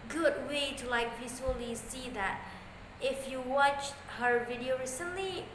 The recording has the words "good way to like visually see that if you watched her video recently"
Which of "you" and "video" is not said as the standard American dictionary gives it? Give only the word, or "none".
none